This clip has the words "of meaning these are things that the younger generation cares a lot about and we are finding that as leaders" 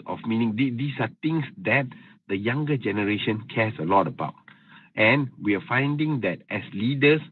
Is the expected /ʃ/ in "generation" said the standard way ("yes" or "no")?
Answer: yes